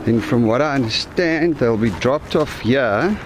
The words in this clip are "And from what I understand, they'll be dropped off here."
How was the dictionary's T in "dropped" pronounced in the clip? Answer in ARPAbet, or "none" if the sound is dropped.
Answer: T